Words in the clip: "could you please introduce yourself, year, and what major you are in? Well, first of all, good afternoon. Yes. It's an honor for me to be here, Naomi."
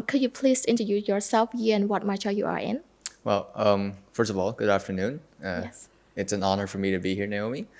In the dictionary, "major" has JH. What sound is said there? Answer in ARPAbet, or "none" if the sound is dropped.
CH